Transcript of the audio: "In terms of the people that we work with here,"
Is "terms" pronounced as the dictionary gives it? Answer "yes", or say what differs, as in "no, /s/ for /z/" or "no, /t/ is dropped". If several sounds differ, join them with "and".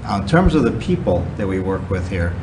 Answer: yes